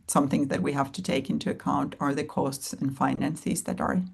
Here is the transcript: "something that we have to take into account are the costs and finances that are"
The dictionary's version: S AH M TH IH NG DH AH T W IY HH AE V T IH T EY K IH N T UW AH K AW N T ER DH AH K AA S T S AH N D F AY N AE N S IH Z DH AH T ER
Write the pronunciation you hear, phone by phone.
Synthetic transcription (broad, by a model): S AH M TH IH NG DH AH T W IY HH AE F T IH T EY K IH N T UW AH K AW N T ER DH AH K AA S T S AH N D F AY N AE N S IH Z DH AH T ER